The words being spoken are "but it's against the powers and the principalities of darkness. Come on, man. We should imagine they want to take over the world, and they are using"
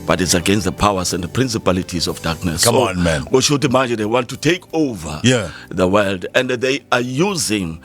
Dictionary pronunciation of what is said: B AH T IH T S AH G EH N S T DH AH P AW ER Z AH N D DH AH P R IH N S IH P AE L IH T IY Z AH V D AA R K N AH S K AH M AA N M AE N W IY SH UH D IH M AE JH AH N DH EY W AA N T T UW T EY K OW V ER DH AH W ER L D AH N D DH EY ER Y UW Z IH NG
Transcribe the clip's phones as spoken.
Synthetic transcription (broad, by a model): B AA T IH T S AH G EH N S T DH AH P AW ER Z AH N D DH AH P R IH N S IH P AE L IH T IY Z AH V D AA K N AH S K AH AA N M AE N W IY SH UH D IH M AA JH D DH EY W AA N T T UW T EY K OW V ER DH AH W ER L D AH N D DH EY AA Y UW Z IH NG